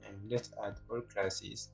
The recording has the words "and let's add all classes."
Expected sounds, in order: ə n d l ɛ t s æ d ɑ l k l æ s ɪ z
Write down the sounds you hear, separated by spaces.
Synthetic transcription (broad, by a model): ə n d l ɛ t æ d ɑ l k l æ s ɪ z